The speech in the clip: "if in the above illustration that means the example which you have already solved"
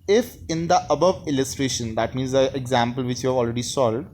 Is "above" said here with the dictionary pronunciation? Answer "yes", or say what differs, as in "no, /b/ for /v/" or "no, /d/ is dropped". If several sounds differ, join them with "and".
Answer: yes